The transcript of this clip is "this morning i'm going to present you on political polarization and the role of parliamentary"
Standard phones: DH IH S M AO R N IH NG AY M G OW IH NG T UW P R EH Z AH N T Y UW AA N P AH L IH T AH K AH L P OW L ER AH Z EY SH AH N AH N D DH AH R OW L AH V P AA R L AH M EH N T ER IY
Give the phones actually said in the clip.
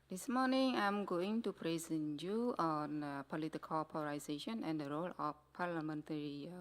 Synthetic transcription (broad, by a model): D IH S M AO N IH NG AY M G OW IH NG T UW P R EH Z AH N Y UW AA N P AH L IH T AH K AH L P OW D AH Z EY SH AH N AH N D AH R OW L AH F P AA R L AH M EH N T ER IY